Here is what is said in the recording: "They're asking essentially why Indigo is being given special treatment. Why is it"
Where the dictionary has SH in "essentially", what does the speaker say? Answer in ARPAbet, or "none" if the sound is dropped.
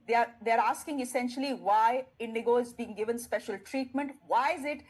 SH